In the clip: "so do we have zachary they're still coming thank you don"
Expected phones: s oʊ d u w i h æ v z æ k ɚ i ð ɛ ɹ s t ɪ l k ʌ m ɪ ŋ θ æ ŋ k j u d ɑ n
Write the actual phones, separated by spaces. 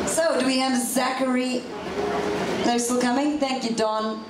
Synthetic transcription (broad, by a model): s oʊ d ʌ w i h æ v z æ k ɚ i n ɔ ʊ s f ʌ k ʌ m ɪ ŋ θ æ ŋ k j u d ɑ n